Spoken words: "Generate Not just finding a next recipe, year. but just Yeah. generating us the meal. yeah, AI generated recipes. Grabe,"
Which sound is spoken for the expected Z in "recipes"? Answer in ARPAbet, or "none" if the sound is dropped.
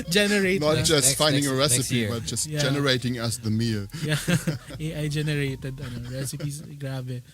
S